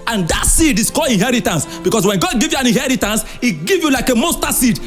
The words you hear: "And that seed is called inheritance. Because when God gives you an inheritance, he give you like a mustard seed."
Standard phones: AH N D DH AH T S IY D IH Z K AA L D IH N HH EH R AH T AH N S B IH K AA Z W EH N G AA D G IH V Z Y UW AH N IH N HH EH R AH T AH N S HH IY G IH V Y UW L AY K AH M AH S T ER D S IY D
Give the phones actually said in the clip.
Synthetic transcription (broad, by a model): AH N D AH T S IY D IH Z K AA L IH N HH EH R AH T AH N S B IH K AA S W EH N G AA D G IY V Y UW AH N IH N HH EH R AH T AH N S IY G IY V Y UW L AY K AH M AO S T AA S IY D